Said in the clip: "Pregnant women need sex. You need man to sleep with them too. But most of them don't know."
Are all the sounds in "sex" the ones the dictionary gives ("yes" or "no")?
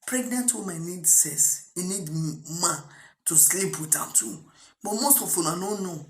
no